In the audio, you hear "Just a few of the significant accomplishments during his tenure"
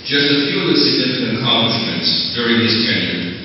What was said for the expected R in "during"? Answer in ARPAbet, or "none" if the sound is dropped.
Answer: R